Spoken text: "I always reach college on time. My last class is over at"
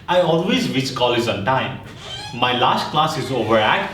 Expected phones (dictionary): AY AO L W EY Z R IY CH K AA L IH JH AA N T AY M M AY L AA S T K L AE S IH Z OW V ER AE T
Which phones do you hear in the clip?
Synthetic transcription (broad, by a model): AY AO L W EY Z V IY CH K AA L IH Z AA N T AY M M AY L AA S T K L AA S IH Z OW V ER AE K